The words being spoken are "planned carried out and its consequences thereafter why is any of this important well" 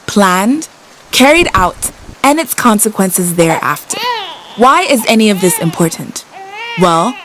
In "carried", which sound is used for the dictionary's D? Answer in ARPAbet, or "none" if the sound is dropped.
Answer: D